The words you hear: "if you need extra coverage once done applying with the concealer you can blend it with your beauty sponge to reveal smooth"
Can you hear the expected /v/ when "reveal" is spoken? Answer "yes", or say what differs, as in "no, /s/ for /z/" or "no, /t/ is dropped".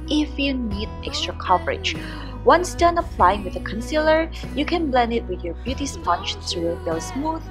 no, /b/ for /v/